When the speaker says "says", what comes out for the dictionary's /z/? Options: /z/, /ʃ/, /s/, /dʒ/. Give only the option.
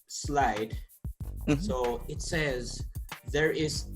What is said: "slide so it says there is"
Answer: /z/